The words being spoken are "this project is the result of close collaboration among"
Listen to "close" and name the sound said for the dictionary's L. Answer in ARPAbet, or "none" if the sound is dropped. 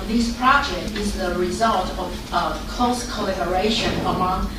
none